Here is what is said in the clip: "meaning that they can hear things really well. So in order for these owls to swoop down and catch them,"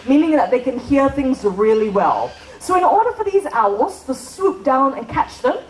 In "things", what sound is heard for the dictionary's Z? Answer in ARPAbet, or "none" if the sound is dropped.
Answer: Z